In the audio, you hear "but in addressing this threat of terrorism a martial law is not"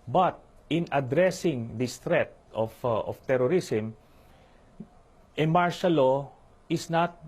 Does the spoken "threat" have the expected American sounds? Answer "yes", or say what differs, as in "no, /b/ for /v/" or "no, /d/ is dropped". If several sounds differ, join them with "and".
no, /t/ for /θ/